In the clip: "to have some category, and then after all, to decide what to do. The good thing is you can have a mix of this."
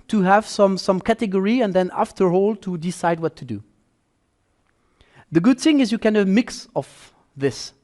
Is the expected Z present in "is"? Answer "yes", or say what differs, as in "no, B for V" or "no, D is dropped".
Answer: yes